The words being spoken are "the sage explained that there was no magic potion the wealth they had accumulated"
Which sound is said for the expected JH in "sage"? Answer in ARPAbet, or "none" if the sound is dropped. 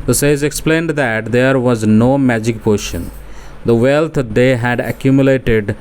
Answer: Z